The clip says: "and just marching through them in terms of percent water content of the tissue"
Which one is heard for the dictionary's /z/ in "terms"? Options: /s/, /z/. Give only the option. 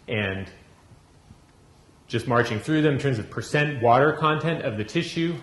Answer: /z/